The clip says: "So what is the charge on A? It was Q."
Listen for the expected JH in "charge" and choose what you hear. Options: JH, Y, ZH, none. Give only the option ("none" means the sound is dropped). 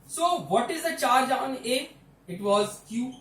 JH